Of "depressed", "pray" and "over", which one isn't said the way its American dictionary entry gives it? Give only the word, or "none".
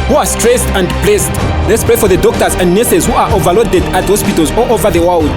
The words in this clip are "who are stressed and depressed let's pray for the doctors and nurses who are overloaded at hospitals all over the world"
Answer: depressed